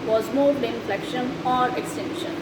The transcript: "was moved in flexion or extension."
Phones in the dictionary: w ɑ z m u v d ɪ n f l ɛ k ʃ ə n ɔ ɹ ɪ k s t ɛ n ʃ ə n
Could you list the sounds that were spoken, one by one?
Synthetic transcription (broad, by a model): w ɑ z m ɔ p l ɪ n f l ɛ k ʃ ə n ɔ ɹ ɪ k s t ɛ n ʃ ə n